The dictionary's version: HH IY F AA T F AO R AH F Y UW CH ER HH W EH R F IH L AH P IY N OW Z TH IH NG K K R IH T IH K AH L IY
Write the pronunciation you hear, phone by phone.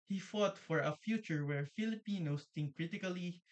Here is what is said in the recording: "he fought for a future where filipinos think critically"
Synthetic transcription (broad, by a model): HH IY F AA T F AO R AH F Y UW CH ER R W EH R F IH L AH P IY N OW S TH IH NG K K R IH T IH K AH L IY